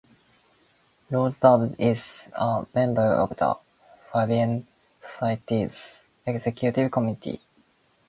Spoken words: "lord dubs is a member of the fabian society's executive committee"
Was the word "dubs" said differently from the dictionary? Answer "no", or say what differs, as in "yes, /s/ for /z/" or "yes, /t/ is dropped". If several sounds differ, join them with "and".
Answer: yes, /z/ is dropped